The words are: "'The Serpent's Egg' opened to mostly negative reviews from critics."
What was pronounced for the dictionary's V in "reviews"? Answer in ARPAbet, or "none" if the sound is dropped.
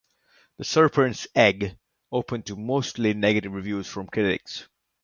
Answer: V